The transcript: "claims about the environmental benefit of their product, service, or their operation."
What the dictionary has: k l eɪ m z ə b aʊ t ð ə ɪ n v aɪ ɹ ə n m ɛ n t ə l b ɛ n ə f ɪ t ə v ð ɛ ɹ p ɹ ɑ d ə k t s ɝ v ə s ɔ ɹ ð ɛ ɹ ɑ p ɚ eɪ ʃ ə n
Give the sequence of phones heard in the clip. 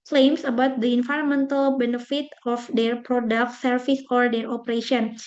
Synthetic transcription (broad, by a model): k l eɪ m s ə b aʊ t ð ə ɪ n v aɪ ɹ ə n m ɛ n t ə l b ɛ n ə f ɪ t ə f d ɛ ɹ p ɹ ɑ d ə k t s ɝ f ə s ɔ ɹ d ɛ ɹ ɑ p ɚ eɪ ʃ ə n